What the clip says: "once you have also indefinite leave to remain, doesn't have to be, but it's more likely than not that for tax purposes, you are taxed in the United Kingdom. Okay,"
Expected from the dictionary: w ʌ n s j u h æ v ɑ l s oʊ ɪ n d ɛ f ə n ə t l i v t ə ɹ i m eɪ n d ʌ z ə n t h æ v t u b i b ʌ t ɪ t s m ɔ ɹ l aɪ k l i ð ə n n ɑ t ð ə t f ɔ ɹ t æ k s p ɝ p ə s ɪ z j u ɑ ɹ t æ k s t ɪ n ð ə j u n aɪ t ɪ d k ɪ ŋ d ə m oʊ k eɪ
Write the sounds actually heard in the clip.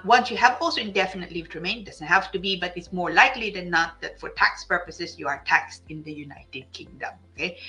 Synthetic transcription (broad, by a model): w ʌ n s j u h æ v ɑ l s oʊ ɪ n d ɛ f ə n ə t l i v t ɹ i m eɪ n d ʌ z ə n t h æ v t u b i b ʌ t ɪ t s m ɔ ɹ l aɪ k l i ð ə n n ɑ t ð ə t f ɔ ɹ t æ k s p ɝ p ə s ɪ s j u ɑ ɹ t æ k s t ɪ n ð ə j u n aɪ t ɪ d k ɪ ŋ d ə m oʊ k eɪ